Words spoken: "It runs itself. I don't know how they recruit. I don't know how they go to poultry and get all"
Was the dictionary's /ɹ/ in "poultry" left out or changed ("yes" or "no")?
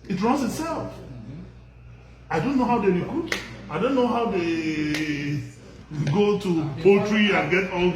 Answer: no